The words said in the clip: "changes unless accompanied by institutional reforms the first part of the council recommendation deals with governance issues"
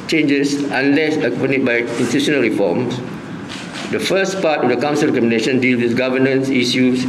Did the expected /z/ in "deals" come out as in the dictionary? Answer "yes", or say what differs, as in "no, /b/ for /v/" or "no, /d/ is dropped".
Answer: no, /z/ is dropped